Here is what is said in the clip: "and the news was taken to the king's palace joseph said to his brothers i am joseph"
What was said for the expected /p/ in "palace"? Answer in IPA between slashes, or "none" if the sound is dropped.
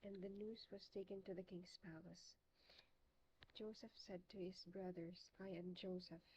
/p/